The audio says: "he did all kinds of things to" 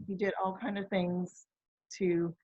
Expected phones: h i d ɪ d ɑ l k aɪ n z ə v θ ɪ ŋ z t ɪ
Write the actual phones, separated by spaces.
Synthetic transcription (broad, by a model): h i d ɪ d ɑ l k aɪ n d ə v θ ɪ ŋ z t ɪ